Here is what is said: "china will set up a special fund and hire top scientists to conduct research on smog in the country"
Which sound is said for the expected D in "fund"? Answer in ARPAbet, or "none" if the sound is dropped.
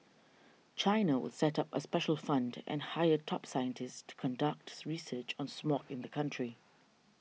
D